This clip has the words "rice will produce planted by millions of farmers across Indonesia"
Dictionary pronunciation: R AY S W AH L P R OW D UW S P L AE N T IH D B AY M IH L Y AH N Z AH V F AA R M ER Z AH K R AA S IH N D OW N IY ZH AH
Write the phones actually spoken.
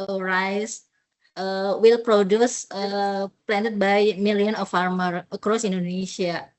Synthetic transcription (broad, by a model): R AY S W AH L P R OW D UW S P L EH N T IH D B AY M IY L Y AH N AH F AA R M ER AH K R AA S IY N D OW N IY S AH